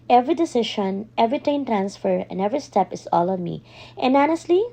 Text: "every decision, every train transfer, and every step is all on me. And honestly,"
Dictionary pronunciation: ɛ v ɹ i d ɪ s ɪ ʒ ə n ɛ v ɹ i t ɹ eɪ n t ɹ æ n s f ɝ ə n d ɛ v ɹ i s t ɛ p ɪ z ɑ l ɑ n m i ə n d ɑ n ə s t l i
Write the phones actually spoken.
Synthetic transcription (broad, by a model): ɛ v ɹ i d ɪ s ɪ ʃ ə n ɛ v ɹ i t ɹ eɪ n t ɹ æ n s f ɝ ə n d ɛ v ɹ i s t ɛ p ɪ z ɑ l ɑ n m i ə n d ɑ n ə s t l i